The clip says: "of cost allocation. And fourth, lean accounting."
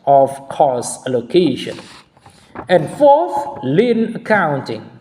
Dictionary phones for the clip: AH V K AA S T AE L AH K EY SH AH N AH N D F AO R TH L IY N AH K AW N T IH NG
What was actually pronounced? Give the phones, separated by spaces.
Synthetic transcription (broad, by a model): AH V K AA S AE L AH K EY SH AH N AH N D F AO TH L IY N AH K AW N T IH NG